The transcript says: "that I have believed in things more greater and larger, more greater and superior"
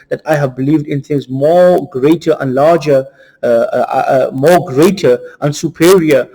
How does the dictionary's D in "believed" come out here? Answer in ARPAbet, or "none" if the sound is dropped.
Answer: D